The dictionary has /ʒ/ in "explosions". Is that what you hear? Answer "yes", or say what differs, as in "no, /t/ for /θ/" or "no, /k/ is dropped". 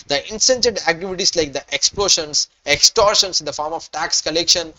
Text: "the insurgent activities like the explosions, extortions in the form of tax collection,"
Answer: no, /ʃ/ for /ʒ/